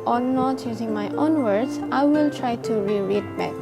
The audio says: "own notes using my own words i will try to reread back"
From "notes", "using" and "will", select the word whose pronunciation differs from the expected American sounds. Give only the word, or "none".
notes